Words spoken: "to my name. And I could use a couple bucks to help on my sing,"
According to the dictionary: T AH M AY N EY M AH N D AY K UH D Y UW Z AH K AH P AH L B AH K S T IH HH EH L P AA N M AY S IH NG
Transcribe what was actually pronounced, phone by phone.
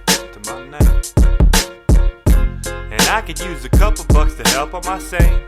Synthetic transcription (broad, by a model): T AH M AY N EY AH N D AY K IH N Y UW Z AH K AH P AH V B AH K S T IH HH EH L P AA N M AY S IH